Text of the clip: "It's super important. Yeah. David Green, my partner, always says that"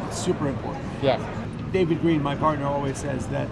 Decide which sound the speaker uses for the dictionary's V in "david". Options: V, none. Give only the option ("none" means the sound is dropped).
V